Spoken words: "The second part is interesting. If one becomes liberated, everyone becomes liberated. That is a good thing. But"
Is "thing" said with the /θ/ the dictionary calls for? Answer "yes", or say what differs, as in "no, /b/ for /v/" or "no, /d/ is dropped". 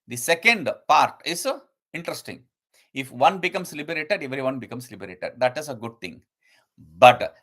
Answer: no, /t/ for /θ/